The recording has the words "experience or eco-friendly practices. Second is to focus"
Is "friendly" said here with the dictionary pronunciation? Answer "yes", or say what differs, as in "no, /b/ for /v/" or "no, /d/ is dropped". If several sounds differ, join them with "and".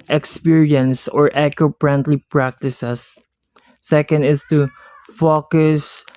no, /p/ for /f/